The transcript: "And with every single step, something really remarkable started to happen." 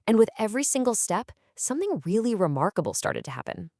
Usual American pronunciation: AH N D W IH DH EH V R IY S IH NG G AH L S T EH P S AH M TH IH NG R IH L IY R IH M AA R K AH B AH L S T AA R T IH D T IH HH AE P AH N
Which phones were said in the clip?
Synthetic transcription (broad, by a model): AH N W IH DH EH V R IY S IH NG G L S T EH P S AH M TH IH NG R IH L IY R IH M AA R K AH B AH L S T AA R T IH D T IH HH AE P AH N